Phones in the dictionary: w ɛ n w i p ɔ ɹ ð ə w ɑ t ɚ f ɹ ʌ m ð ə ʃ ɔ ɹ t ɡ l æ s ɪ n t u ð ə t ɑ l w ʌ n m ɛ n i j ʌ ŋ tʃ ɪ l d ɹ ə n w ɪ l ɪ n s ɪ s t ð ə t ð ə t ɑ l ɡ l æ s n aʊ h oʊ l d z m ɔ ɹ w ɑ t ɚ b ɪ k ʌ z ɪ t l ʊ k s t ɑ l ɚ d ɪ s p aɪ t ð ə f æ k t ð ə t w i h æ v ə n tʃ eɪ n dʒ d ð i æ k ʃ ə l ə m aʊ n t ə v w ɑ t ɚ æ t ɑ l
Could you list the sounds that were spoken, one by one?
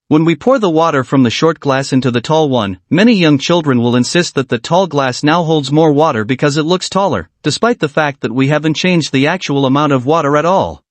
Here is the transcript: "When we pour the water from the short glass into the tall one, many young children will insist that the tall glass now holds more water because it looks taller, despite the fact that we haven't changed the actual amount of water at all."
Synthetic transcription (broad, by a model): w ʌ n w i p ɔ ɹ ð ə w ɑ t ɚ f ɹ ʌ m ð ə ʃ ɔ ɹ t ɡ l æ s ɪ n t u ð ə t ɑ l w ʌ n m ɛ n i j ʌ ŋ tʃ ɪ l d ɹ ə n w ɪ l ɪ n s ɪ s t ð ə t ð ə t ɑ l ɡ l æ s n aʊ h oʊ l d z m ɔ ɹ w ɑ t ɚ b ɪ k ʌ z ɪ t l ʊ k s t ɑ l ɚ d ɪ s p aɪ t ð ə f æ k t ð ə t w i h æ v ə n tʃ eɪ n dʒ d ð i æ k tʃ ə l ə m aʊ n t ə v w ɑ t ɚ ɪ t ɑ l